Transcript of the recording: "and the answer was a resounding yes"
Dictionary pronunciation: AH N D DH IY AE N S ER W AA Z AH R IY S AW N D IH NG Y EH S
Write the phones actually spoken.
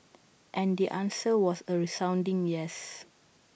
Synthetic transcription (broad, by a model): AH N D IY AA N S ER W AA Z AH R IY S AW N D IH NG Y EH S